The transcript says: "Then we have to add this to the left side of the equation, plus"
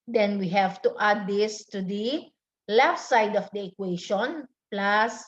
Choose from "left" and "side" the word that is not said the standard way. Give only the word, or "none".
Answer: none